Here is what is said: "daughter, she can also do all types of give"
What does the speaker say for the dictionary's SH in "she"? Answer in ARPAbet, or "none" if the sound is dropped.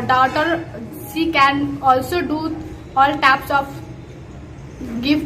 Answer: S